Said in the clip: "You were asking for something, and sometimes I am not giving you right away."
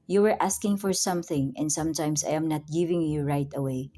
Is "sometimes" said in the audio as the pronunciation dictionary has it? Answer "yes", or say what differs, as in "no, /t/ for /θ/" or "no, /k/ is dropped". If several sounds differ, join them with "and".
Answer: no, /s/ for /z/